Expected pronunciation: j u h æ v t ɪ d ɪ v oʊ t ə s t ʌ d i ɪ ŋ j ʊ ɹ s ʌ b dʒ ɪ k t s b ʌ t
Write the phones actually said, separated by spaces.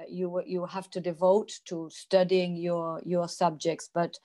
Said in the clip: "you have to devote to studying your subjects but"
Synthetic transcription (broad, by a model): j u h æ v t ɪ d ɪ v oʊ t ə s t ʌ d i ɪ ŋ j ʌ ɹ s ʌ b dʒ ɪ k t s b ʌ t